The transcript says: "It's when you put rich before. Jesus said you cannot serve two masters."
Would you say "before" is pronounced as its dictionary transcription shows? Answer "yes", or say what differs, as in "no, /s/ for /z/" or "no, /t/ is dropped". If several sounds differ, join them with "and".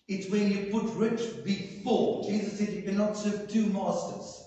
no, /l/ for /ɹ/